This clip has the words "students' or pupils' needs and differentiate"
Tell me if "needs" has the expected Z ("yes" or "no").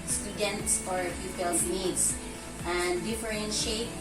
no